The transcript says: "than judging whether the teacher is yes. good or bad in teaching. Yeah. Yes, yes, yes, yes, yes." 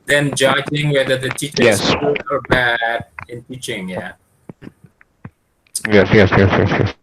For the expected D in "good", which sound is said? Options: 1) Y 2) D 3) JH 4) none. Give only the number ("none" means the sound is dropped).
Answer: 4